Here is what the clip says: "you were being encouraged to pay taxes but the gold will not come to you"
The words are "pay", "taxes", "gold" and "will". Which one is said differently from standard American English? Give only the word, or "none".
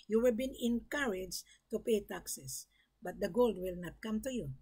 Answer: taxes